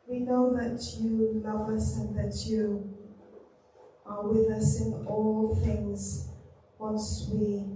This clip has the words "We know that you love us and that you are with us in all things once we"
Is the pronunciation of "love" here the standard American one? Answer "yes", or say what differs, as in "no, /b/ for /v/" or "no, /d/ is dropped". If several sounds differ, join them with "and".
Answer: yes